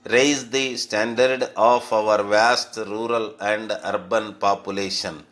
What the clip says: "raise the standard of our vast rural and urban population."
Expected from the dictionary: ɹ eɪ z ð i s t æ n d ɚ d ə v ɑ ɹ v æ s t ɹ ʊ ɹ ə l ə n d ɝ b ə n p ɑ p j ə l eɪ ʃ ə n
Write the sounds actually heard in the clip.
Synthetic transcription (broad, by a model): ɹ eɪ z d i s t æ n d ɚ d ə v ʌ ɹ v æ s t ɹ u ɹ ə l ə n d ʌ b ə n p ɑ p j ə l eɪ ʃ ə n